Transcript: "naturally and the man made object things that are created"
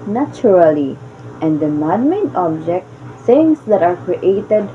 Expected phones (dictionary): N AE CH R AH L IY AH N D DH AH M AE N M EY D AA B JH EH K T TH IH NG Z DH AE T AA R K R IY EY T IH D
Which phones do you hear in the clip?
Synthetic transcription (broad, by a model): N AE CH R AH L IY AH N D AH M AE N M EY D AA B JH EH K T S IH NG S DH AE T AA R K R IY EY T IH D